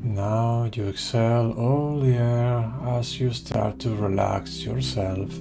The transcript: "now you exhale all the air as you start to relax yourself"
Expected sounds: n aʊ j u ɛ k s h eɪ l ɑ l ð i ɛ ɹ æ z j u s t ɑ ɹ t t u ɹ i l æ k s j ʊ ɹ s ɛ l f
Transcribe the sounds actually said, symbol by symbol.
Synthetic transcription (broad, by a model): n aʊ j u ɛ k s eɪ l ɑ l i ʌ ɹ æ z j u s t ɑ ɹ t t u ɹ i l æ k s j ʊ ɹ s ɛ l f